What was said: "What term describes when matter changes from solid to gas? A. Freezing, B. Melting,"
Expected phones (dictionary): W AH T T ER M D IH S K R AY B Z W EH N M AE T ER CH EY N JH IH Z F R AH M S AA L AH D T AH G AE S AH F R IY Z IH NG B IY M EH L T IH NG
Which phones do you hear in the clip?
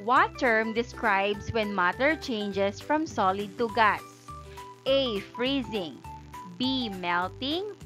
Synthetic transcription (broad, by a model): W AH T T ER M D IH S K R AY B S W EH N M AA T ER CH EY N JH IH S F R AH M S AA L AH D T AH G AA S AH F R IY Z IH NG B IY M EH L T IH NG